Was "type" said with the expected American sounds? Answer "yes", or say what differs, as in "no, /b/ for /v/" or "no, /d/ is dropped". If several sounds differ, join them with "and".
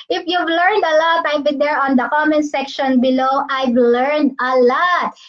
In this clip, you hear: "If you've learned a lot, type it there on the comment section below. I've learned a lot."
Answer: no, /b/ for /p/